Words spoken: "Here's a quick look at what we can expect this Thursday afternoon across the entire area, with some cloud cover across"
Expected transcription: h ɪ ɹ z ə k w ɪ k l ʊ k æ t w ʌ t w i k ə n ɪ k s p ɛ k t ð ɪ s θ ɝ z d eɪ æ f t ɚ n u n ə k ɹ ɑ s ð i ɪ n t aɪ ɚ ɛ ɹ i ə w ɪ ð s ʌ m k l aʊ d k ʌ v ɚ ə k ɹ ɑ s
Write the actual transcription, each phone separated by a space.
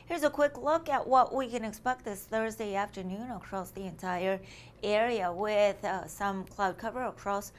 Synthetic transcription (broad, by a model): h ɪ ɹ z ə k w ɪ k l ʊ k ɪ t w ʌ t w i k ə n ɪ k s p ɛ k t ð ɪ s θ ɝ z d eɪ æ f t ɚ n u n ə k ɹ ɑ s ð i ɪ n t aɪ ɚ ɛ ɹ i ə w ɪ ð s ʌ m k l aʊ d k ʌ v ɚ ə k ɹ ɑ s